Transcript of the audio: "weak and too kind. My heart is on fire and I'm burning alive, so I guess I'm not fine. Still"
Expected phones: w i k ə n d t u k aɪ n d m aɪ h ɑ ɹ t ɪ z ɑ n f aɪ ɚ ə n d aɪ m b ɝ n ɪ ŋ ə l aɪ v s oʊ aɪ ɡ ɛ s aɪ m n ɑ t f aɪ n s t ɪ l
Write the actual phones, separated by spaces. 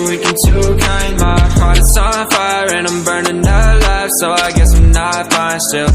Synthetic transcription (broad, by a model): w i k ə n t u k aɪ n m aɪ h ɑ ɹ t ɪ s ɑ f aɪ ɚ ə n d aɪ m b ɝ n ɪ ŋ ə l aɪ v s oʊ aɪ ɡ ɛ s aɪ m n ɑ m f aɪ s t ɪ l